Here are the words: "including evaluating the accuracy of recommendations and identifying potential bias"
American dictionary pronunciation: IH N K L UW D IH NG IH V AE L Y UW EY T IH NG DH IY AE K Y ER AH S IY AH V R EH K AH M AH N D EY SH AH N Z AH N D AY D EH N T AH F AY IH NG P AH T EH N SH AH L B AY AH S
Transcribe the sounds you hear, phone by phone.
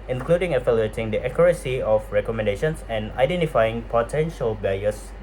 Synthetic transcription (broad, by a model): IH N K L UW D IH NG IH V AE L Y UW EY T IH NG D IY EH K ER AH S IY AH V R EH K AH M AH N D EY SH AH N S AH N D AY D EH N T AH F AY IH NG P AH T EH N SH AH L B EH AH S